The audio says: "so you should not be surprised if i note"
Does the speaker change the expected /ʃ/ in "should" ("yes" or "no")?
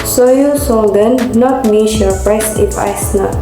yes